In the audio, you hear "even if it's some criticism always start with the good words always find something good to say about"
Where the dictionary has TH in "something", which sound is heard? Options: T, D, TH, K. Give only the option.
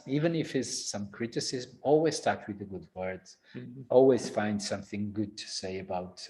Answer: TH